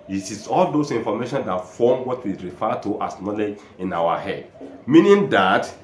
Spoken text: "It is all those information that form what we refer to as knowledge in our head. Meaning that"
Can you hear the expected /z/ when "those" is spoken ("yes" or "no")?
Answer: no